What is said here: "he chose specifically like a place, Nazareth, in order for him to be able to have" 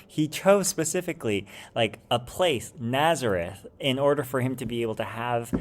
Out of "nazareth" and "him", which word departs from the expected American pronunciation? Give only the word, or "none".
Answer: none